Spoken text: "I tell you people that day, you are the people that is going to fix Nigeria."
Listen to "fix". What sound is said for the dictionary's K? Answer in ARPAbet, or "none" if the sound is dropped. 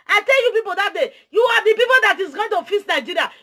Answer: none